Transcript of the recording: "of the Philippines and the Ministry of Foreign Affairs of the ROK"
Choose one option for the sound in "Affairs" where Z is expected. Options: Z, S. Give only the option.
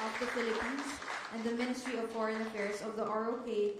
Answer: S